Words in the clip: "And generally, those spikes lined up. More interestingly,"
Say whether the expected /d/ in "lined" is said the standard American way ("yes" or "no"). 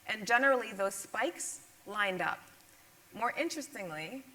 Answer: yes